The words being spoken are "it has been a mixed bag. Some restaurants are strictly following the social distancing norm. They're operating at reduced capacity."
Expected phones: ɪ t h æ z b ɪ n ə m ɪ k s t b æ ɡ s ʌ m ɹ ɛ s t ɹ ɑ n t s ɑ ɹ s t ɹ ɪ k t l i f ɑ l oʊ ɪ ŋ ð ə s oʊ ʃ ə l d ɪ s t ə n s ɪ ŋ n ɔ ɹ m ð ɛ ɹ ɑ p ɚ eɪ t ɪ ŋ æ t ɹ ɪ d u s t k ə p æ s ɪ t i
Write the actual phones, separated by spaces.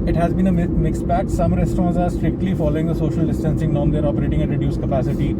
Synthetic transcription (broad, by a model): ɪ t h æ z b ɪ n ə m ɪ k s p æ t s ʌ m ɹ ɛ s t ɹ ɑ n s ɑ ɹ s t ɹ ɪ k t l i f ɑ l oʊ ɪ ŋ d ə s oʊ ʃ ə l d ɪ s t ə n s ɪ ŋ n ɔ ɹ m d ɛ ɹ ɑ p ɚ eɪ t ɪ ŋ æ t ɹ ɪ d u s k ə p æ s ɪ t i